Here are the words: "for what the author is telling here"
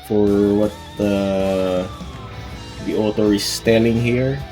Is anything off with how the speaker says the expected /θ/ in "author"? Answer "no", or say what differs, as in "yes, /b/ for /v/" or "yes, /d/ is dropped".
yes, /t/ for /θ/